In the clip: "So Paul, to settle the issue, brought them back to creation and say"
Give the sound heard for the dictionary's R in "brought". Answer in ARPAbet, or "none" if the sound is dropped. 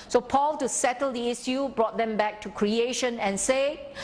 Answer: R